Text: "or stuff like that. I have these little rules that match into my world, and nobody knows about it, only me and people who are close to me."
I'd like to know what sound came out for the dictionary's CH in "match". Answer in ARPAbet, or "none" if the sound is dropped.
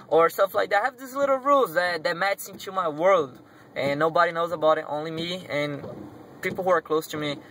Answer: S